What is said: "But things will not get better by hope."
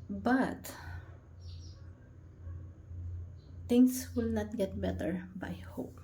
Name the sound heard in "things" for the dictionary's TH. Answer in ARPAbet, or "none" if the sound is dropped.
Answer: T